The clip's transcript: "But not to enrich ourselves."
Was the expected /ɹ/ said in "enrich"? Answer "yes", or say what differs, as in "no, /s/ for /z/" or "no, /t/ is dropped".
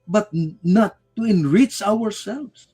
yes